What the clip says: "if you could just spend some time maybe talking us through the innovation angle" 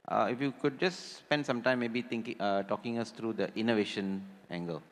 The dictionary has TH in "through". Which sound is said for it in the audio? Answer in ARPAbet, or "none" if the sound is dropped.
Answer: T